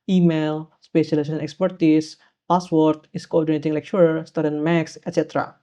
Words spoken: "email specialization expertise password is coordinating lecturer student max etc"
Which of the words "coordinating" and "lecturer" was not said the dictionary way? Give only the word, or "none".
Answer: lecturer